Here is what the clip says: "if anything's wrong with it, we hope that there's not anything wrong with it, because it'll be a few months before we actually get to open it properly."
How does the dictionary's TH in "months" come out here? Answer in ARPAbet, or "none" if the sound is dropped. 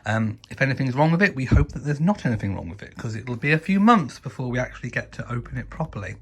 TH